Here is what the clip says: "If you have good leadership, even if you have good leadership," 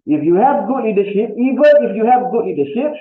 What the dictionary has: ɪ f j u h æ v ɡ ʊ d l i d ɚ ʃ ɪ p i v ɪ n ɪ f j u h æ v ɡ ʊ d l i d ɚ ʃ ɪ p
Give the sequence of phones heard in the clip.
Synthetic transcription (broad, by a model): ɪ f j u h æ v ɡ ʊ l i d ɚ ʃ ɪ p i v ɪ l ɪ f j u h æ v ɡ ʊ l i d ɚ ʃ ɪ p